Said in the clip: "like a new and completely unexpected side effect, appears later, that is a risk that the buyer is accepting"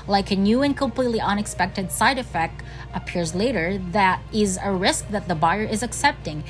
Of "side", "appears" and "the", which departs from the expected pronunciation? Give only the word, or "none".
none